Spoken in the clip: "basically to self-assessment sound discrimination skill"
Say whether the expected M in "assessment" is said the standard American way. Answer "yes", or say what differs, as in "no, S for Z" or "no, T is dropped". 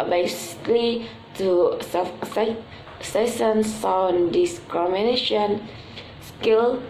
no, M is dropped